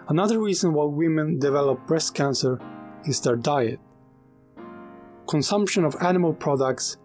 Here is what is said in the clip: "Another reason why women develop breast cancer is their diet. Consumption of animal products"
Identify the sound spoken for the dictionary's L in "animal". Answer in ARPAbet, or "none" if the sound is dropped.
L